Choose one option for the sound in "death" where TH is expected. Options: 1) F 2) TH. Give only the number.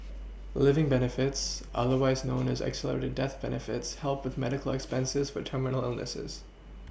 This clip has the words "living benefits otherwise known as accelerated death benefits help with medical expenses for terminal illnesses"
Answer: 2